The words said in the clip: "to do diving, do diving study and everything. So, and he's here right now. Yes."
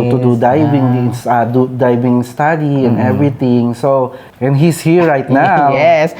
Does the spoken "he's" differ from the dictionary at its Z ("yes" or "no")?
yes